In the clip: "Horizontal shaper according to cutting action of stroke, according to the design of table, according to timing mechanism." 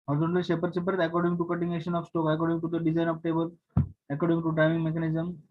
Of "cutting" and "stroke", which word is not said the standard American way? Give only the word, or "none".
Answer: stroke